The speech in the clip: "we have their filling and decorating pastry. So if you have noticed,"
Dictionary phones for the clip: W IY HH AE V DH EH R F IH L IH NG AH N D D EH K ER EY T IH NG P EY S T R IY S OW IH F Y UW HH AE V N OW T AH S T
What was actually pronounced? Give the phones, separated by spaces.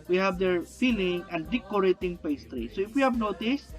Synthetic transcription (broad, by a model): W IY HH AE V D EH R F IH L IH NG AH N D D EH K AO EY T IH NG P EY S T R IY S OW IH F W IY HH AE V N OW T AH S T